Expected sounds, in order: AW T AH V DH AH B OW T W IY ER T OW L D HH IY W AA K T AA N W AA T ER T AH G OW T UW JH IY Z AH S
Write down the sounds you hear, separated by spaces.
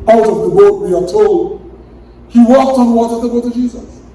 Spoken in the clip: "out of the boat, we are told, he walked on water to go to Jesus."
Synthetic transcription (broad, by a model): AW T AH V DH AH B OW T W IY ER T OW L D HH IY W AA K T AA N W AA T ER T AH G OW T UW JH IY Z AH S